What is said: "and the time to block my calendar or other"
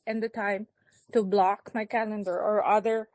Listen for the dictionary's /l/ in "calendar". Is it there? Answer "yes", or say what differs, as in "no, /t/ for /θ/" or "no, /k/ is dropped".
yes